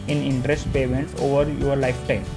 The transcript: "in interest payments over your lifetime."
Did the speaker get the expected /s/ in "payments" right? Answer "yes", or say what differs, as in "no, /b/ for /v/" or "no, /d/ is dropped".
no, /s/ is dropped